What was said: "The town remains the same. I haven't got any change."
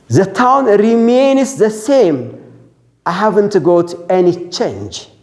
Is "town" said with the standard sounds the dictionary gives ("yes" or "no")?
yes